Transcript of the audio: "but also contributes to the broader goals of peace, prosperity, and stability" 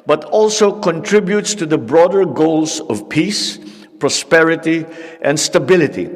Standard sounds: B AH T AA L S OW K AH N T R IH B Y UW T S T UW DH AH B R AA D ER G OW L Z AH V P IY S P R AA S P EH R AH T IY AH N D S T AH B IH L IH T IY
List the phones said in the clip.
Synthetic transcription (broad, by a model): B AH T AA L S OW K AH N T R IH B Y UW T S T UW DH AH B R AA D ER G OW L S AH V P IY S P R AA S P EH R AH T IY AH N D S T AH B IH L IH T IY